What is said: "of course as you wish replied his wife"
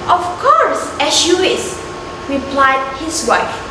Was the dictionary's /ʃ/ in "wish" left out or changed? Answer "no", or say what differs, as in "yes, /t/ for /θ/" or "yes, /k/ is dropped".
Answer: yes, /s/ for /ʃ/